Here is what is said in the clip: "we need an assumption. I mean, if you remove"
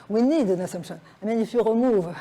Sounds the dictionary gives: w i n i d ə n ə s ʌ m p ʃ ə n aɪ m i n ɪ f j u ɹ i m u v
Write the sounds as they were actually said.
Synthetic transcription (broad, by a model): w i n i d ə n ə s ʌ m ʃ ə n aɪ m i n ɪ f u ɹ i m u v